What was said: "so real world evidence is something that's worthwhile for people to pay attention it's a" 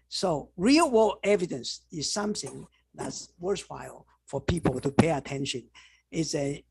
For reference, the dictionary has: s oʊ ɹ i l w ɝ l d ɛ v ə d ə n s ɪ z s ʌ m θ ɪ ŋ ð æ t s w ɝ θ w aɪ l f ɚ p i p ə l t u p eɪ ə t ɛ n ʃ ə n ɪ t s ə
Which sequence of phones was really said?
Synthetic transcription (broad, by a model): s oʊ ɹ i l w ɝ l ɛ v ə d ə n s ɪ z s ʌ m θ ɪ ŋ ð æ t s w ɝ s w aɪ l f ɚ p i p ə l t u p eɪ ə t ɛ n ʃ ə n ɪ t s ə